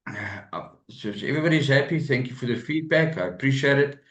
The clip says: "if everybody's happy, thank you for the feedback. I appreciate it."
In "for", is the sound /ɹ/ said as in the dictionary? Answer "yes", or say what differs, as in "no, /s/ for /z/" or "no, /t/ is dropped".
yes